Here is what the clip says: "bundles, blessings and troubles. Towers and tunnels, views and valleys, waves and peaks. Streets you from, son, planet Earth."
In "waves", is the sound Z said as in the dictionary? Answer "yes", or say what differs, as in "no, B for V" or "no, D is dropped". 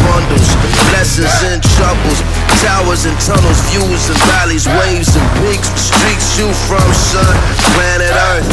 yes